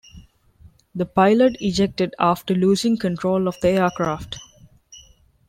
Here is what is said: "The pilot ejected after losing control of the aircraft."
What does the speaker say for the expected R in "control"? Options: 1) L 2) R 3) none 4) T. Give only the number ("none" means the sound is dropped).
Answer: 2